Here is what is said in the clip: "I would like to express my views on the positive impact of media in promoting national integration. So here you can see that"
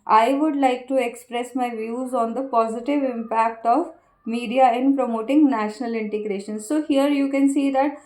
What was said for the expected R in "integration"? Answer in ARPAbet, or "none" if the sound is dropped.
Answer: R